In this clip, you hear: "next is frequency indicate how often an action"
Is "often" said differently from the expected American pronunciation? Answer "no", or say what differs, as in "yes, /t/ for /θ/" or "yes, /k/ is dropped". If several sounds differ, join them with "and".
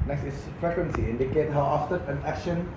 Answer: yes, /n/ is dropped